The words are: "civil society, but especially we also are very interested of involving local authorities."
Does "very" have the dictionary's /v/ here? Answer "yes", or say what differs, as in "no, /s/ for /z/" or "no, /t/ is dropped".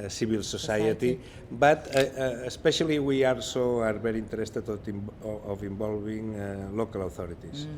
no, /b/ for /v/